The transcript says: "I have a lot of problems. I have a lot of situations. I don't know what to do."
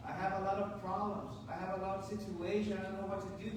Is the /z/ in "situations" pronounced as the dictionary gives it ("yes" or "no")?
no